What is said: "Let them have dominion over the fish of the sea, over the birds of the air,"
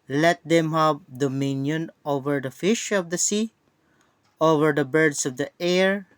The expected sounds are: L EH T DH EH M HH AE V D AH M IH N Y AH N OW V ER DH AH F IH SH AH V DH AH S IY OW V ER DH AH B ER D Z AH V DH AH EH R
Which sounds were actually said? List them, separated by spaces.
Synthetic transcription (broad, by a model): L EH T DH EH M HH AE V D AH M IH N Y AH N OW V ER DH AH F IH SH AH V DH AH S IY OW V ER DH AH B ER D S AH V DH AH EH R